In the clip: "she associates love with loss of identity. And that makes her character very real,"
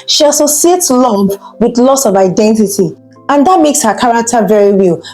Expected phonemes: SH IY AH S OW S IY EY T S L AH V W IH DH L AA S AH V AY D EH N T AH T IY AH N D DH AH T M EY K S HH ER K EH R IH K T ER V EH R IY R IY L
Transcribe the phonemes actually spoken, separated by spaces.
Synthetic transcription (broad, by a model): SH IY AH S OW S IY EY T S L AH P W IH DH L AA S AH V AY D EH N T AH T IY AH N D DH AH T M EY K S HH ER K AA R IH K T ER V EH R IY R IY L